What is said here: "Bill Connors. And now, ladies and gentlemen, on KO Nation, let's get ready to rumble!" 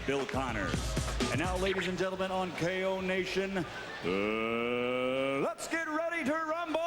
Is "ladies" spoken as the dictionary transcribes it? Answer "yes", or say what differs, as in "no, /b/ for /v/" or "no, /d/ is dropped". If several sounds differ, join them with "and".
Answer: yes